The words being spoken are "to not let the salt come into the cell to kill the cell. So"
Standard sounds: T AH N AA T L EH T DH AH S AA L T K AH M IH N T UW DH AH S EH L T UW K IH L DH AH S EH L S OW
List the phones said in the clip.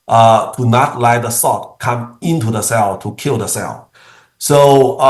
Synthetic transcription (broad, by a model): T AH N AA T L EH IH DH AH S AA T K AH M IH N T UW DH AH S EH L T UW K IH L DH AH S EH L S OW